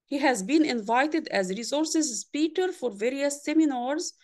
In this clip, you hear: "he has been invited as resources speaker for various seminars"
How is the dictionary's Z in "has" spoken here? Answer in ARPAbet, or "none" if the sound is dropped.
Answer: Z